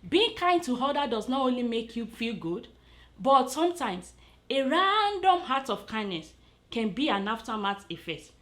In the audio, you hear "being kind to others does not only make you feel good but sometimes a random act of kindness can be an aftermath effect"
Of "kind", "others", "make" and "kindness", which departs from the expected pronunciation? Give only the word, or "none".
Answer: others